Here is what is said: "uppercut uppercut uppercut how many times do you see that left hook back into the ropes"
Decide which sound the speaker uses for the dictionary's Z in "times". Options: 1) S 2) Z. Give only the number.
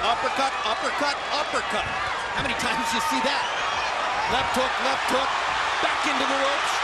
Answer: 2